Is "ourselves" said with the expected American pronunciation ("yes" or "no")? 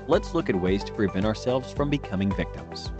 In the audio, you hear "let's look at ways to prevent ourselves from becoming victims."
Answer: yes